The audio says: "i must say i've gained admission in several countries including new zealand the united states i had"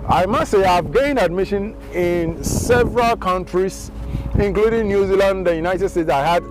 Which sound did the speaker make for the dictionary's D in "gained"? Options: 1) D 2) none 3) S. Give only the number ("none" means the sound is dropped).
2